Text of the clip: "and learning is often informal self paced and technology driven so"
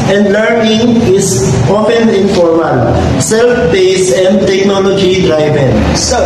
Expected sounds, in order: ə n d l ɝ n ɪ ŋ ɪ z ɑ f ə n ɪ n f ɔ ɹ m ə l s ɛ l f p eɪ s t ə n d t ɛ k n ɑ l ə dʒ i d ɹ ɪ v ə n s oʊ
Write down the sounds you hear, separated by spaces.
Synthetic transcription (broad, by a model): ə n d l ɝ n ɪ ŋ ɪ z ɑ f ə n ɪ n f ɔ ɹ m ə l s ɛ l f b eɪ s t ə n d t ɛ k n ɑ l ə dʒ i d ɹ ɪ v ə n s